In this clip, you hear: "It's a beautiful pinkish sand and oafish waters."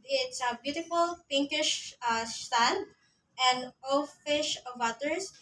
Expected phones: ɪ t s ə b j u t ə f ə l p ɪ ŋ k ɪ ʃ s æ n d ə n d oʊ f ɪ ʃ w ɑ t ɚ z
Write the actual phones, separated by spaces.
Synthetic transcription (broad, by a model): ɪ t s ə b j u t ə f ə l p ɪ ŋ k ɪ ʃ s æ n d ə n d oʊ f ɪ ʃ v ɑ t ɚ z